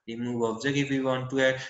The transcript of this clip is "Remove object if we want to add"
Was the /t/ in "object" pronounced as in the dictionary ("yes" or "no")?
no